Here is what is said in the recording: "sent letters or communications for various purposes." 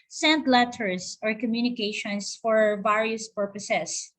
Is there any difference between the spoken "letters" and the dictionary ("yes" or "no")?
yes